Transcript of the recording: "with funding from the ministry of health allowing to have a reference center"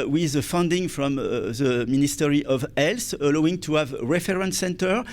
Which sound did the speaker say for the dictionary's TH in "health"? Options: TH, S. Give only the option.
S